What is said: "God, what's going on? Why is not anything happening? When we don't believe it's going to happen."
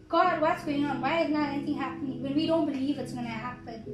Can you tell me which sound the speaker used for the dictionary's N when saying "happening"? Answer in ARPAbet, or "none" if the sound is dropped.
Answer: N